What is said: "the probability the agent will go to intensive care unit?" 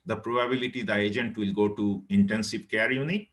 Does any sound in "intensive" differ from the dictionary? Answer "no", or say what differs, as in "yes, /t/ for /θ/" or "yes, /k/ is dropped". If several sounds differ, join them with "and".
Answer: yes, /p/ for /v/